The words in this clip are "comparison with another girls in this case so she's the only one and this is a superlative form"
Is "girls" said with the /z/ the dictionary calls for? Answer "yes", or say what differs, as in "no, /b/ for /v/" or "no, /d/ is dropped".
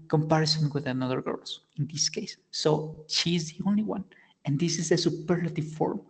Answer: no, /z/ is dropped